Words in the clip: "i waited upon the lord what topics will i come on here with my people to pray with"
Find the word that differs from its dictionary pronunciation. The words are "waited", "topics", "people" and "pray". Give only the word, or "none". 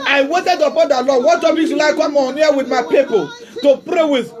topics